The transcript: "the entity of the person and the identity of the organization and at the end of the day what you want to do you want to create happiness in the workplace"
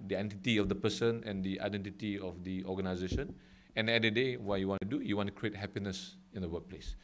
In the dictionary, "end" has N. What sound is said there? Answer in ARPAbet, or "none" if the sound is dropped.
none